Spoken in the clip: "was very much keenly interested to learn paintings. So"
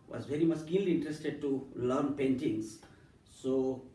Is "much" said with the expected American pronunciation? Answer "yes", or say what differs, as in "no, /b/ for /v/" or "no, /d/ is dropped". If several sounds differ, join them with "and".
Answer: no, /s/ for /tʃ/